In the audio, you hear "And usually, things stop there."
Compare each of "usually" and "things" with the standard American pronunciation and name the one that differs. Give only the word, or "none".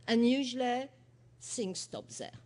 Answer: things